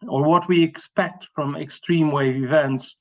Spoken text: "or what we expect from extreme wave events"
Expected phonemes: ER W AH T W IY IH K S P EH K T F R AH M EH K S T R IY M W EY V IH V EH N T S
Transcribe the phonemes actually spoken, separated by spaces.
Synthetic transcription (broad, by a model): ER W AH T W IY IH K S P EH K T F R AH M EH K S T R IY M W EY V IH V EH N T S